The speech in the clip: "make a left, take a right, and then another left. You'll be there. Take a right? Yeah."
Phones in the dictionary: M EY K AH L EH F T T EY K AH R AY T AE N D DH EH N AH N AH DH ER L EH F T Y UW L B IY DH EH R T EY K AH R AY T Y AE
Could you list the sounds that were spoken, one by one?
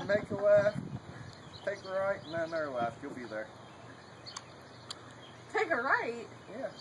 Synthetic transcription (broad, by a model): M EY K AH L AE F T T EY K AH R AY T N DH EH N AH AH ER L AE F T Y UW L B IY DH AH R T EY K AH R AY T Y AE